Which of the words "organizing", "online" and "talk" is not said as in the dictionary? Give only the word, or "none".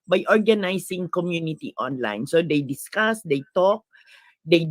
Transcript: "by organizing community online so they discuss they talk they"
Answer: organizing